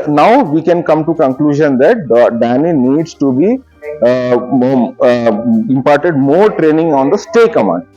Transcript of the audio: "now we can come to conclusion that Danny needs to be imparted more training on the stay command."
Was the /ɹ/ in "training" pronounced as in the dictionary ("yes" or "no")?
yes